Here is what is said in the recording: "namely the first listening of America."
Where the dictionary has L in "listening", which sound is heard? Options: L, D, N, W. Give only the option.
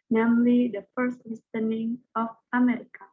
W